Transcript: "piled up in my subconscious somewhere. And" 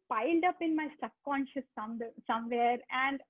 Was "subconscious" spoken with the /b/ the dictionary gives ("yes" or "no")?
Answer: no